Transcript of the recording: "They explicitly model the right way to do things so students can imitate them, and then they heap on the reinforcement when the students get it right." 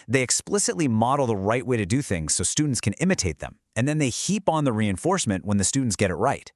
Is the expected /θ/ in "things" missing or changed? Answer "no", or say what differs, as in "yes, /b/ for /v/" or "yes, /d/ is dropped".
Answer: no